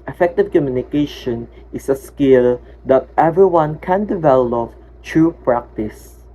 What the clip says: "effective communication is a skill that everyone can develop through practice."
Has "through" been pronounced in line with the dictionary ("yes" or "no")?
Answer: no